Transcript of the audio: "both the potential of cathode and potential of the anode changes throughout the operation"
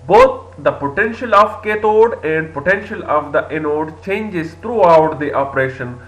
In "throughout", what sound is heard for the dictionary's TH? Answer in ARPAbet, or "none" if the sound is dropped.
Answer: T